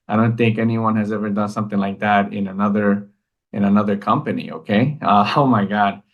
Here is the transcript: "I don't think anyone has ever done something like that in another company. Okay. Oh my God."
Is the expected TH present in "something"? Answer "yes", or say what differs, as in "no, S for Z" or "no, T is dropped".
yes